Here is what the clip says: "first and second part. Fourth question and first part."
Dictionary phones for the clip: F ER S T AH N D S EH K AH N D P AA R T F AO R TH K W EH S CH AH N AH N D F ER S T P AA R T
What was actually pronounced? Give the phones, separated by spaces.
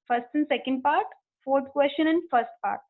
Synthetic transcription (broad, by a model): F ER S T AH N D S EH K AH N D P AA R T F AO R T K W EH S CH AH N AH N D F ER S T P AA R T